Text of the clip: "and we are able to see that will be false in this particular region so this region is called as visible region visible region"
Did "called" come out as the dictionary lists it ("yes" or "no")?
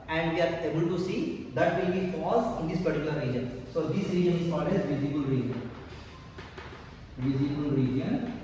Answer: no